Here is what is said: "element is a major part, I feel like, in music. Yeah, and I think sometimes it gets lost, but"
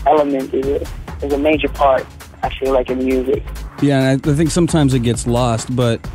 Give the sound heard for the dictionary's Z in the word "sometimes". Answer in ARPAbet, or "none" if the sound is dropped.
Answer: Z